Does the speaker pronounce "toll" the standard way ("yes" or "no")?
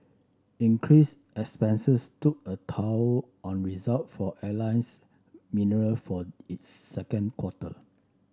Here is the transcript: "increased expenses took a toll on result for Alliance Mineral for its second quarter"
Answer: no